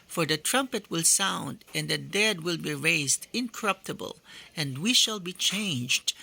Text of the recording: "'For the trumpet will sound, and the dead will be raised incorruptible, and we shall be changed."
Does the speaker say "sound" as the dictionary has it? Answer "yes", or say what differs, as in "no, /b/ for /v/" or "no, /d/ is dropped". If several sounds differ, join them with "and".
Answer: yes